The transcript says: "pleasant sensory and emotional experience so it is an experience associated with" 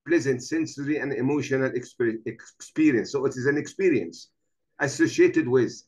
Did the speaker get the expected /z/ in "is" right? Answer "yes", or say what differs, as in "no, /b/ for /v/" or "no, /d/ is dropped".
yes